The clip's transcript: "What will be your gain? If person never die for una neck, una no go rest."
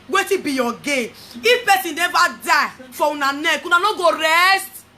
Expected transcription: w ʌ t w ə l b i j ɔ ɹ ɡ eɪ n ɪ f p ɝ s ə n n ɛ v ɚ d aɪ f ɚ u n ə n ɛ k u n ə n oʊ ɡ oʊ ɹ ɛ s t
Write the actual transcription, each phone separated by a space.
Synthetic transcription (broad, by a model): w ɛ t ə b i j ɔ ɡ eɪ ɪ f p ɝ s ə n n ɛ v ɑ d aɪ f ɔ u n ə n ɛ k u n ə n oʊ ɡ oʊ ɹ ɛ s t